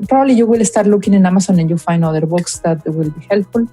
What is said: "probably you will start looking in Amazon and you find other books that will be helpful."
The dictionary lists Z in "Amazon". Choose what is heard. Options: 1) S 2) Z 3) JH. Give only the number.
1